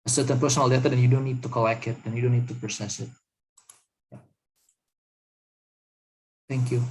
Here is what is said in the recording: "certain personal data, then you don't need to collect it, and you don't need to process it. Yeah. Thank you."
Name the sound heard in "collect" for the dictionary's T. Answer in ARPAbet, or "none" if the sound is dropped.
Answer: none